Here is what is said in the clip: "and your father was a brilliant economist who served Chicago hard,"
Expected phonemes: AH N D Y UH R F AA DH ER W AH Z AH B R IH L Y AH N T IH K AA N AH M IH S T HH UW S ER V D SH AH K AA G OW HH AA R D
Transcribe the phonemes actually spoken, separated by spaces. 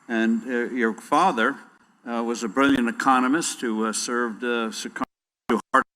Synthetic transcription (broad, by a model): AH N Y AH R F AA DH ER W AH Z AH B R IH L Y AH N T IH K AA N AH M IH S T HH UW S ER V D S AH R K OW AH R